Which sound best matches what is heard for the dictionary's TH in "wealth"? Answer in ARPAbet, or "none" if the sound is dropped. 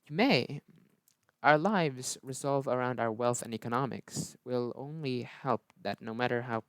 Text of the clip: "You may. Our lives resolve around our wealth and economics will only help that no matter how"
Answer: TH